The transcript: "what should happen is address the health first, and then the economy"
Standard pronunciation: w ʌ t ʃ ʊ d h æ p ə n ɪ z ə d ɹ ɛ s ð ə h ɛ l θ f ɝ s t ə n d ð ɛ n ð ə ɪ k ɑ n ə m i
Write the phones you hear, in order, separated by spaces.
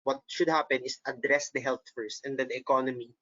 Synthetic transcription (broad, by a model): w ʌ t ʃ ʊ d h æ p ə n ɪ s ə d ɹ ɛ s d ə h ɛ l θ f ɝ s t ə n d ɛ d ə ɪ k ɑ n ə m i